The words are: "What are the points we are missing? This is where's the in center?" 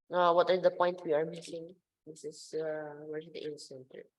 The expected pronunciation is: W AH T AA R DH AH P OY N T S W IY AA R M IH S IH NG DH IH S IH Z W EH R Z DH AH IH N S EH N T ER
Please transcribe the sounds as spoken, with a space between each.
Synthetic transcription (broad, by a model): W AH T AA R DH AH P OY N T W IY AA R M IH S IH NG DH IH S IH S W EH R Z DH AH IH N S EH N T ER